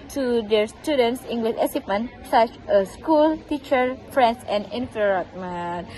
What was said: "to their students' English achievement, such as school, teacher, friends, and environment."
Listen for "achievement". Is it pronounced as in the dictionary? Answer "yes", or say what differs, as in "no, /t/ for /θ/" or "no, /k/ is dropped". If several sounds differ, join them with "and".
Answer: no, /s/ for /tʃ/ and /p/ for /v/